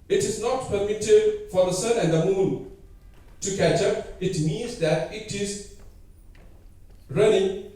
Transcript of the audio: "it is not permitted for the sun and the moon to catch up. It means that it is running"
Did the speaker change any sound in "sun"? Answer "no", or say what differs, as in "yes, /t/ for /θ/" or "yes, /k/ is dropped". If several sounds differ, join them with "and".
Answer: no